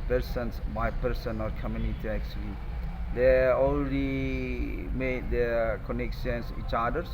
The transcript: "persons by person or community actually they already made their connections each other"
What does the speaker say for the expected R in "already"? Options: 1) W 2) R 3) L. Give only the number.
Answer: 3